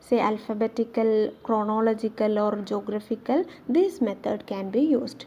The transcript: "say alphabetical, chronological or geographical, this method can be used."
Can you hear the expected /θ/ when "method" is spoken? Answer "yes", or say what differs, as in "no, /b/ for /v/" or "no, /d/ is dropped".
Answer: no, /t/ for /θ/